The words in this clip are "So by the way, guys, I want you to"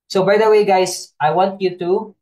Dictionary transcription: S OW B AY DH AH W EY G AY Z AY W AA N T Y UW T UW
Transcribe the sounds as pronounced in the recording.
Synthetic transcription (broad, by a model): S OW B AY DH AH W EY G AY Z AY W AA N T Y UW T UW